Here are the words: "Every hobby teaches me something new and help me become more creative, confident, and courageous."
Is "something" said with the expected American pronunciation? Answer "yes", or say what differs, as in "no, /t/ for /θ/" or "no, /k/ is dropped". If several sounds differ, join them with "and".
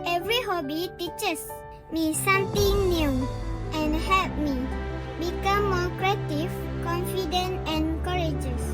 no, /t/ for /θ/